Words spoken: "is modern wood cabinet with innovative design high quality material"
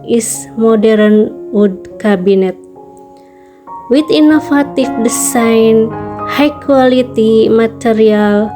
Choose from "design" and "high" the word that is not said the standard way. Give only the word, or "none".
design